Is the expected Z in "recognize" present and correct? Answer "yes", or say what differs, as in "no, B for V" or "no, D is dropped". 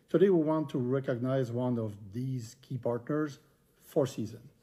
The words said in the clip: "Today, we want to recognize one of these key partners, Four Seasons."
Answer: yes